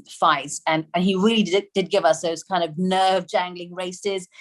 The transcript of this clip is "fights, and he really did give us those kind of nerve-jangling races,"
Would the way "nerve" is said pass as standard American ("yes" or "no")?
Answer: yes